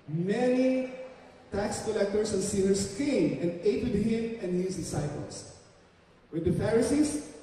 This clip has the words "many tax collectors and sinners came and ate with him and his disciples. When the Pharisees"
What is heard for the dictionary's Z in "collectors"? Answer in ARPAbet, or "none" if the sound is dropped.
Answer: S